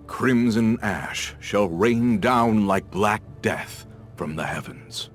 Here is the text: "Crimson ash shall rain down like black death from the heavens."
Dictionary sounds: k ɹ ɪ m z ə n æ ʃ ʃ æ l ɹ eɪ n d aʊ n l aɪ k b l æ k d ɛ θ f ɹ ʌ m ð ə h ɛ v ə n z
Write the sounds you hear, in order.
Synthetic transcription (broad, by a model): k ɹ ɪ m z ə n æ ʃ ʃ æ l ɹ eɪ n d aʊ n l aɪ k b l æ k d ɛ θ f ɹ ʌ m ð ə h ɛ v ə n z